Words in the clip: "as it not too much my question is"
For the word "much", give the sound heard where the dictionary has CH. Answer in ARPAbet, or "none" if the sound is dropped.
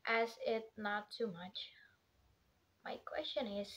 CH